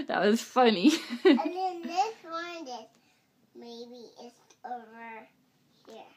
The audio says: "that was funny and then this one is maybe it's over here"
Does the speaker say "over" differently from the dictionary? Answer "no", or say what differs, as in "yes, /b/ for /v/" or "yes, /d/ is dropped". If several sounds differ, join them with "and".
no